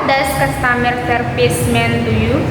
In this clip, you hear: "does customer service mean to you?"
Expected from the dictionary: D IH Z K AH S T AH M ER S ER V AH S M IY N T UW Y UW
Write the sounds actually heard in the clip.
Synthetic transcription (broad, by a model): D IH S K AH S T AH M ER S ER P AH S M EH N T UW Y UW